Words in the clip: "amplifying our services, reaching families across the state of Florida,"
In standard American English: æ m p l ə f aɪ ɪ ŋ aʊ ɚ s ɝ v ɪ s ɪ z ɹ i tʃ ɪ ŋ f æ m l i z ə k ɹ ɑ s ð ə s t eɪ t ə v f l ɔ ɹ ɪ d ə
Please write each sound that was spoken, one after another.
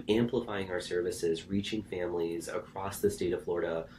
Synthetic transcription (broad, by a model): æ m p l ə f aɪ ɪ ŋ aʊ ɚ s ɝ v ɪ s ɪ z ɹ i tʃ ɪ ŋ f æ m l i z ə k ɹ ɑ s ð ə s t eɪ t ə v f l ɔ ɹ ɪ d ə